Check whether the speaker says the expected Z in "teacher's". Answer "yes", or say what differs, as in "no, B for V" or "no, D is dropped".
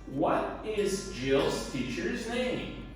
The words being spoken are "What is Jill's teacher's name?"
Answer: yes